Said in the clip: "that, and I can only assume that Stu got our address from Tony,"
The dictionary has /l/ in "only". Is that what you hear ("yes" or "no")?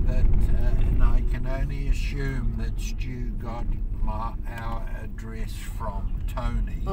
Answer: yes